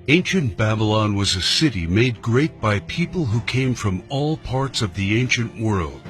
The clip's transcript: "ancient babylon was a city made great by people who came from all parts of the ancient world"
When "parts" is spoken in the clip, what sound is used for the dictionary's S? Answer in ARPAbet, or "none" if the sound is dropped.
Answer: S